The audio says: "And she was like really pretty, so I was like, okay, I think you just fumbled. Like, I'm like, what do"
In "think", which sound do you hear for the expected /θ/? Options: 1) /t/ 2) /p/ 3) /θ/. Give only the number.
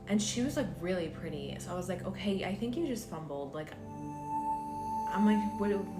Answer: 3